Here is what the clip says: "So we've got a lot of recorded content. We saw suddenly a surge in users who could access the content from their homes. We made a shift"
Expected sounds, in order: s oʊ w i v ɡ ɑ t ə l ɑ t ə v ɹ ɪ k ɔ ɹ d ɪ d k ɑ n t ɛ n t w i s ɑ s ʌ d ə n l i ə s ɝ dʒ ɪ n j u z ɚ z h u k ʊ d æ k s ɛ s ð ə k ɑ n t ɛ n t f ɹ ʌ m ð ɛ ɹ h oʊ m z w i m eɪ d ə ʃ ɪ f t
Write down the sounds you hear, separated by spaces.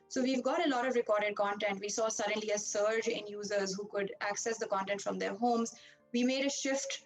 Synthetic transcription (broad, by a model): s oʊ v i v ɡ ɑ t ə l ɑ t ə v ɹ ɪ k ɔ ɹ d ɪ d k ɑ n t ɛ n t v i s ɑ s ʌ d ə n l i ə s ɝ dʒ ɪ n j u z ɚ z h u k ʊ d æ k s ɛ s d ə k ɑ n t ɛ n t f ɹ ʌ m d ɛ ɹ h oʊ m z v i m eɪ d ə ʃ ɪ f t